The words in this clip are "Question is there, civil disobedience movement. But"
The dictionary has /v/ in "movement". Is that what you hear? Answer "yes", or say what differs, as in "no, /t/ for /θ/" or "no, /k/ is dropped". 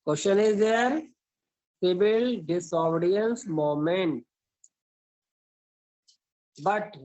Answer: no, /v/ is dropped